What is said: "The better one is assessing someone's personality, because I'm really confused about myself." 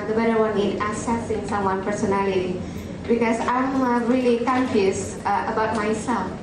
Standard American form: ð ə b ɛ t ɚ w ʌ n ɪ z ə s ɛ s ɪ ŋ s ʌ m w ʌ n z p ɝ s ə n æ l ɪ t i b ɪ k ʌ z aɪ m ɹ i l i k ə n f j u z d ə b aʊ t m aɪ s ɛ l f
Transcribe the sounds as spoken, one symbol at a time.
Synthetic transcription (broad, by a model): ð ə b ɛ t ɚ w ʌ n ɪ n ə s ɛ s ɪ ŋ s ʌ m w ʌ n p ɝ s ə n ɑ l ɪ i b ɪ k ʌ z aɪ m ɹ i l i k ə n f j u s ə b aʊ t m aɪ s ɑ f